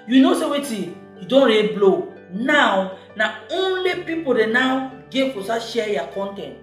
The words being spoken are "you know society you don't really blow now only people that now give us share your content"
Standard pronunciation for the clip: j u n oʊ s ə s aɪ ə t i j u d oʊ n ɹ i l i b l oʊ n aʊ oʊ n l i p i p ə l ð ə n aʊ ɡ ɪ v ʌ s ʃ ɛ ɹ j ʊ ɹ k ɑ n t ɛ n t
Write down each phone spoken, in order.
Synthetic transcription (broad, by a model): j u n oʊ s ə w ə t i j u d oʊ n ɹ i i b l oʊ n aʊ oʊ n l i p i p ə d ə n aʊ ɡ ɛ f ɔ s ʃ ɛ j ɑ k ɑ n t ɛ n t